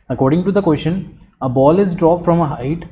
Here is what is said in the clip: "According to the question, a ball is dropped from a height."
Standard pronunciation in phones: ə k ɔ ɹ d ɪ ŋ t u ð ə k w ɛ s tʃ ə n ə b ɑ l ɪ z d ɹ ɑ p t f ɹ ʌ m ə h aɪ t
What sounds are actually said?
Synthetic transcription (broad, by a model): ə k ɔ ɹ d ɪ ŋ t u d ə k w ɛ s ʃ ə n ə b ɑ l ɪ z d ɹ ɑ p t f ɹ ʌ m ə h aɪ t